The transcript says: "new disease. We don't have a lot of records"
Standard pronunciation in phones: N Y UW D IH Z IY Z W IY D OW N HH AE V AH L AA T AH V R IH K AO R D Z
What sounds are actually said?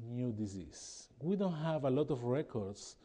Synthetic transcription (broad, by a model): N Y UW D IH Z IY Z W IY D OW N HH AE V AH L AA T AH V R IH K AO R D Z